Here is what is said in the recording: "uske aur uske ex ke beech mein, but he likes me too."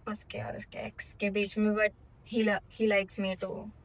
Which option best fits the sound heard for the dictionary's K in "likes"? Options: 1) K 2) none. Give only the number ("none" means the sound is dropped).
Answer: 1